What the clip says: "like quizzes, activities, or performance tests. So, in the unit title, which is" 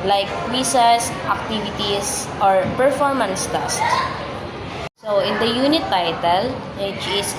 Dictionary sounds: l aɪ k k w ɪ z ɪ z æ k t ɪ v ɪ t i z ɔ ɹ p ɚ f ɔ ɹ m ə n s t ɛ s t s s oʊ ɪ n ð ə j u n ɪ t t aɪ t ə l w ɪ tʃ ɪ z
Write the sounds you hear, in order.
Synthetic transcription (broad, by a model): l aɪ k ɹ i s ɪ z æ k t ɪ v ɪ t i s ɔ ɹ p ɚ f ɔ ɹ m ə n s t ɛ s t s s oʊ ɪ n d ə j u n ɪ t t aɪ t ə l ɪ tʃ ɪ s